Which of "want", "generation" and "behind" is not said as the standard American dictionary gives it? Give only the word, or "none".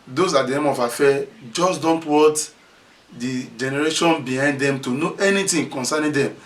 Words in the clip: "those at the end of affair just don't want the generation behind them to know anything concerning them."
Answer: want